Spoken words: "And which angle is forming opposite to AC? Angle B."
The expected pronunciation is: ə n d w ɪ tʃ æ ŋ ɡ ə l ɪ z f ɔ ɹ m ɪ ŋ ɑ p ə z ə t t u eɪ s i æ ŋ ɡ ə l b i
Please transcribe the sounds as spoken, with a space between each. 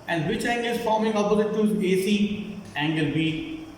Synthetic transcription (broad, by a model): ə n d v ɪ tʃ æ ŋ ɡ ə l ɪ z f ɔ ɹ m ɪ ŋ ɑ b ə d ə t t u eɪ s i æ ŋ ɡ ə l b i